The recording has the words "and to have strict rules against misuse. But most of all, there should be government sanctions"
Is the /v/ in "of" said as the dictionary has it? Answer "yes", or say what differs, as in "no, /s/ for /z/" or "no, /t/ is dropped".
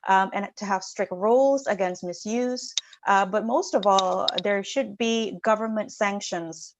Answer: yes